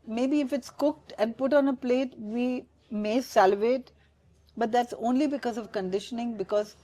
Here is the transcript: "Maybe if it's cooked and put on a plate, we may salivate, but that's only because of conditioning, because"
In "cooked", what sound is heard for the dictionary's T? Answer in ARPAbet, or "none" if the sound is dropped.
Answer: T